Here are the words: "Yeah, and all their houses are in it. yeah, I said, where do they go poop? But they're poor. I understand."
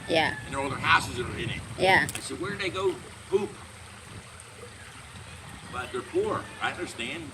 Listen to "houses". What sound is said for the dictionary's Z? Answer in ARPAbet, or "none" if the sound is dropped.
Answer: Z